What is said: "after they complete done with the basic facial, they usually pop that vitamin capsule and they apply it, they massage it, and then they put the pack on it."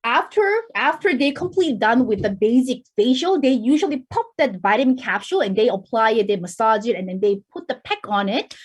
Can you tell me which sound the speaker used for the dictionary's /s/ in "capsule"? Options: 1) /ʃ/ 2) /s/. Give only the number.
1